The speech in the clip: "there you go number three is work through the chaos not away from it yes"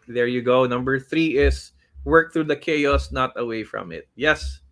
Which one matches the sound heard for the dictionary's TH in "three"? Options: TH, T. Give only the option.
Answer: TH